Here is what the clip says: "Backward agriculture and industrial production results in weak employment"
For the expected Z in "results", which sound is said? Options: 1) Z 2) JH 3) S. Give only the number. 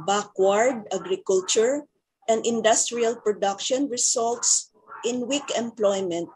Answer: 3